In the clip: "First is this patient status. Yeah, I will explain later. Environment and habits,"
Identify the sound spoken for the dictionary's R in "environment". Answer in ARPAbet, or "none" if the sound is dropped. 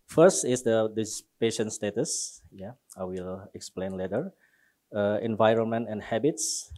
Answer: R